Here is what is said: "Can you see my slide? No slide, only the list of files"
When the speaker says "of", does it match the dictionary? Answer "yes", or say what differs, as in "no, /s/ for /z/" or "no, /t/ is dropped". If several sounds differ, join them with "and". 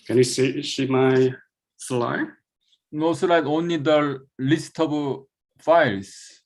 no, /b/ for /v/